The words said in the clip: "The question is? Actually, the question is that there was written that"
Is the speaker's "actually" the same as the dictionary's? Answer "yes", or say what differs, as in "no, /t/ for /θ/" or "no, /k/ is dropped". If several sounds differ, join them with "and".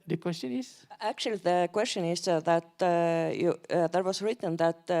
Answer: yes